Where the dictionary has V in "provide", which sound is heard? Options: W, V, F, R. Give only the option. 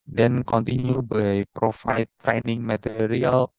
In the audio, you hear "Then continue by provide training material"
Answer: F